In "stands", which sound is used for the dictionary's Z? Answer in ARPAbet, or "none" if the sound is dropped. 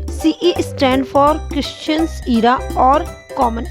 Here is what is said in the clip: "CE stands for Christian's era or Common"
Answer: none